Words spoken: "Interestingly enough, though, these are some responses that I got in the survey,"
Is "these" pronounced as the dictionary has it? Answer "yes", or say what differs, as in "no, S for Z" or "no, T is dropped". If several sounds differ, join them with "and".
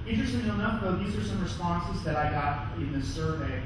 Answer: yes